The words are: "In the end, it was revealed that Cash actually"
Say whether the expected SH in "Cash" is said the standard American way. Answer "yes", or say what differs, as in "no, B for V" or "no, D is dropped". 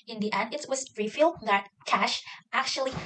yes